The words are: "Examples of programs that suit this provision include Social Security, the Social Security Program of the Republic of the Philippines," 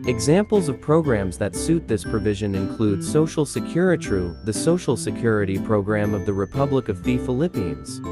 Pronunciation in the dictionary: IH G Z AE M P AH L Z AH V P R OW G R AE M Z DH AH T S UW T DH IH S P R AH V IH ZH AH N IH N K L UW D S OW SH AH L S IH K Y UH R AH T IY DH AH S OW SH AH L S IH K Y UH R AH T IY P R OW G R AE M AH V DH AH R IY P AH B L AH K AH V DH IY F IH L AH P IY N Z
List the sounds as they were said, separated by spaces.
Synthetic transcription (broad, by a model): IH G Z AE M P L Z AH V P R OW G R AE M Z DH AH T S UW T DH IH S P R AH V IH ZH AH N IH N K L UW D S OW SH L S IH K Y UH R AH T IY DH AH S OW SH L S IH K Y UH R AH T IY P R OW G R AE M AH V DH AH R IY P AH B L AH K AH V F IY F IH L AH P IY N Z